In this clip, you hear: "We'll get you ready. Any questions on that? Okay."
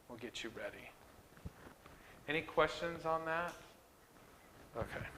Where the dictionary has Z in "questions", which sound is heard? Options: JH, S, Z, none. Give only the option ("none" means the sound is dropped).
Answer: Z